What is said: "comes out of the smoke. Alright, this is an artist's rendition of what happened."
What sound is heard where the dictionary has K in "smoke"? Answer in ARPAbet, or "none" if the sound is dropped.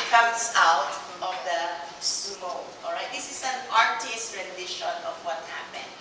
none